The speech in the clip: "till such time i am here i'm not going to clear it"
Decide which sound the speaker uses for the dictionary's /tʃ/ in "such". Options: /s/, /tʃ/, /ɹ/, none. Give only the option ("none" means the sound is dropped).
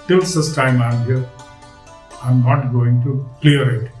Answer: /s/